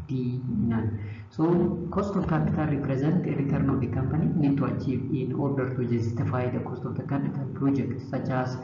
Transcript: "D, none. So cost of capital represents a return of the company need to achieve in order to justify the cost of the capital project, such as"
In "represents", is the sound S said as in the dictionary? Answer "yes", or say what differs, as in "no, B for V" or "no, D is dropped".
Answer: no, S is dropped